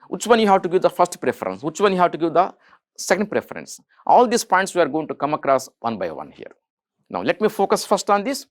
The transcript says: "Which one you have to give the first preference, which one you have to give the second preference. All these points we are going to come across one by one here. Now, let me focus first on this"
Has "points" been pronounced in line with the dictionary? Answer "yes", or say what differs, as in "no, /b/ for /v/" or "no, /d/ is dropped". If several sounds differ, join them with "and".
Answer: yes